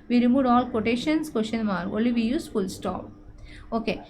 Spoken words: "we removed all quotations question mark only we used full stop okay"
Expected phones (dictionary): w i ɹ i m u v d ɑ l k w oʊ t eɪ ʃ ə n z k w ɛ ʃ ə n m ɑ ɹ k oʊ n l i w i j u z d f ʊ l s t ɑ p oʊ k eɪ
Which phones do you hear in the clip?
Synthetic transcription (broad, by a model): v i ɹ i m u d ɑ l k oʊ t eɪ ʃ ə n s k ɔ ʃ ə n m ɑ ɹ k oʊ l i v i j u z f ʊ l s t ɑ p oʊ k eɪ